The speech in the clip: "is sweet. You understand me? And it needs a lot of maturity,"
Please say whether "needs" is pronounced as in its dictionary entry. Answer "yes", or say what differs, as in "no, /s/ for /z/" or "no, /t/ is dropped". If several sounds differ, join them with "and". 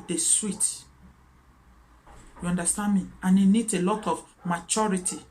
no, /z/ is dropped